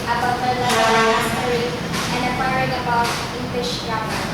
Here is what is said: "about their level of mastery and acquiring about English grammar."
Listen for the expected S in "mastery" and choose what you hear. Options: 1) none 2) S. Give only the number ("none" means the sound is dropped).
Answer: 1